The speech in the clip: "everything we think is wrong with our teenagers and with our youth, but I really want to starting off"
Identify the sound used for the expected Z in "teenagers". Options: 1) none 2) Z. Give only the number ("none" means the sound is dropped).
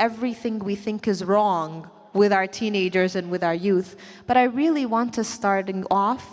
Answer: 2